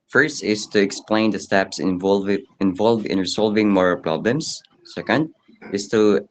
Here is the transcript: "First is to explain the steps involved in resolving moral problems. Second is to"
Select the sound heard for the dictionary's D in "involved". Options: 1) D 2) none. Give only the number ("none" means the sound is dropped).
2